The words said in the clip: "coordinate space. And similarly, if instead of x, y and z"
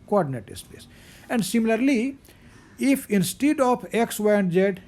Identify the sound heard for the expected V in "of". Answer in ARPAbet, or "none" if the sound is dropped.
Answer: P